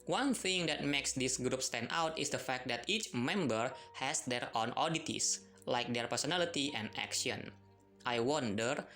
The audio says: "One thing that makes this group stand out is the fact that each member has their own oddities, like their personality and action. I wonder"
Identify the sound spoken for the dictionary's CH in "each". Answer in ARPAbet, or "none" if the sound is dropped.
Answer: CH